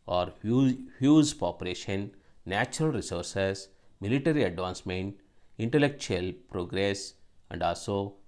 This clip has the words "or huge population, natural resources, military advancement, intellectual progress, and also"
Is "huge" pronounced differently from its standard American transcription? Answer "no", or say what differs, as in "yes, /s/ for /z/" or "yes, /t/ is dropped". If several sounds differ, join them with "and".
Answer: yes, /z/ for /dʒ/